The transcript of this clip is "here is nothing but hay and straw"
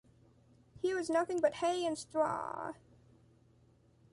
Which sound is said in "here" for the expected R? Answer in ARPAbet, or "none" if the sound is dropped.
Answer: W